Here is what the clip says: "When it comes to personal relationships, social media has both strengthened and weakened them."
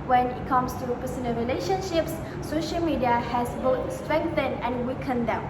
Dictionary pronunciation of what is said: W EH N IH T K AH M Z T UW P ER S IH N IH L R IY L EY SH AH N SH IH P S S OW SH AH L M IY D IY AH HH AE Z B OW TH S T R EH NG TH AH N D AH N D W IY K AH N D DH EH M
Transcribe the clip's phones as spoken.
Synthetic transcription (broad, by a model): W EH N IH T K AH M S T UW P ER S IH N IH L R IY L EY SH AH N SH IH P S S OW SH AH L M IY D IY AH HH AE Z B OW T S T R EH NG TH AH N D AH N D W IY K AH N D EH M